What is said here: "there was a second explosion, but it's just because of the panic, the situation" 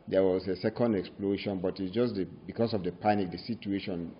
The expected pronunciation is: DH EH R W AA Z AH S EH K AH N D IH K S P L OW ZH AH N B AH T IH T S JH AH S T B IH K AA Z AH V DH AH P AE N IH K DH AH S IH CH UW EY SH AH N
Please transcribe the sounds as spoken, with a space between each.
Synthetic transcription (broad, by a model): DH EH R W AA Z AH S EH K AH N D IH K S P L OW SH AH N B AH T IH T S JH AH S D B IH K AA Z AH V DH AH P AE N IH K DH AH S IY CH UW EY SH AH N